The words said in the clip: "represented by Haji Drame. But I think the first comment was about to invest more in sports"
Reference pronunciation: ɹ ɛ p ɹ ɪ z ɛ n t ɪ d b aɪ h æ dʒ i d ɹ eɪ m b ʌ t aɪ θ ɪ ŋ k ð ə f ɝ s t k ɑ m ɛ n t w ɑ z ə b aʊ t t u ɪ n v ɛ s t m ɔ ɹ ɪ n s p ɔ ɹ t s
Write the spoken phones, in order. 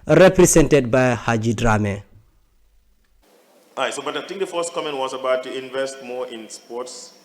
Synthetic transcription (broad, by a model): ɹ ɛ p ɹ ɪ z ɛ n t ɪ d b aɪ h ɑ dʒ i d ɹ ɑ m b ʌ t aɪ t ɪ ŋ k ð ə f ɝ s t k ɑ m ɛ n t w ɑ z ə b aʊ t t u ɪ n v ɛ s t m ɔ ɪ n s p ɔ t s